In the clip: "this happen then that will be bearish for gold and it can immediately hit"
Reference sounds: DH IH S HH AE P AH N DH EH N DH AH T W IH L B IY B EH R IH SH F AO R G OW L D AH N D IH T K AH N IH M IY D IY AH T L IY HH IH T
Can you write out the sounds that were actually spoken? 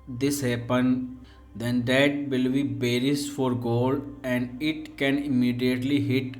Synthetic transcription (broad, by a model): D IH S HH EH P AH N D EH N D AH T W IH L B IY B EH R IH S F AO R G OW L D AH N D IH T K AH N IH M IY D IY AH T L IY HH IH T